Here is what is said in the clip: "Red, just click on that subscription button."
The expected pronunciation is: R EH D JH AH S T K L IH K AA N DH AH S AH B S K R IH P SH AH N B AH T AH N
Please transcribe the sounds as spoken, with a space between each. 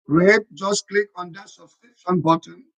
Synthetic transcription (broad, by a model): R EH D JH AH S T K L IH K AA N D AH S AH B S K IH SH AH N B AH T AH N